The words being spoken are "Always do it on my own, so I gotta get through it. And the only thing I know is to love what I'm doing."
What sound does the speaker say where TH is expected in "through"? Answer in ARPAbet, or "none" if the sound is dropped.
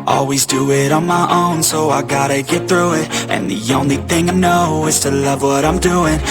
TH